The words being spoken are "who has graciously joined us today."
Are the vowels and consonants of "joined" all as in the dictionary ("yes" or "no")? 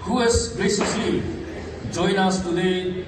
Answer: no